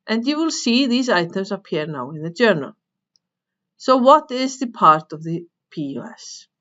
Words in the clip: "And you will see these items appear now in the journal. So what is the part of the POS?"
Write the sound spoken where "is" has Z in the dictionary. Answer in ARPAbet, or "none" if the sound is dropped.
Z